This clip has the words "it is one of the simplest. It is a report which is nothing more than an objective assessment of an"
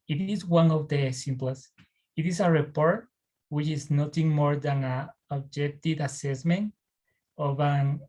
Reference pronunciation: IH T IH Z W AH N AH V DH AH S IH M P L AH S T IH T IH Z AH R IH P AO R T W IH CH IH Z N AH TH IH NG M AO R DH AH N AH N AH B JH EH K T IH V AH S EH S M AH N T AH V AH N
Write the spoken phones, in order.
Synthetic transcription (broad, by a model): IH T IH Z W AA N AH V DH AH S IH M P L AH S IH T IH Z AH R IH P AO R T W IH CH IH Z N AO T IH NG M AO R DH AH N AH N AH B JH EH K T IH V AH S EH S M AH N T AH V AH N